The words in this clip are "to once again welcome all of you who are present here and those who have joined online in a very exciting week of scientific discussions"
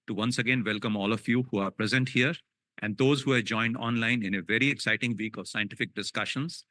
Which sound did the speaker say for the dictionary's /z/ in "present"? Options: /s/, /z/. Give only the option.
/z/